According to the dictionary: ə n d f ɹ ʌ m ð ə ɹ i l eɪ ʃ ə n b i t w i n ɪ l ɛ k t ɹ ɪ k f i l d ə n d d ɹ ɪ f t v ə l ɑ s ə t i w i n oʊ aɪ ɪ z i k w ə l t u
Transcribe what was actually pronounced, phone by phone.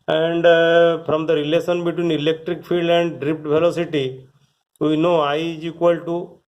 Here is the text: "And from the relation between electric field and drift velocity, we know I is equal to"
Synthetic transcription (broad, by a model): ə n d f ɹ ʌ m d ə ɹ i l eɪ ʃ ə n b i t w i n ɪ l ɛ k t ɹ ɪ k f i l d ə n d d ɹ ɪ p t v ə l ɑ s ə t i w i n oʊ aɪ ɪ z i k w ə l t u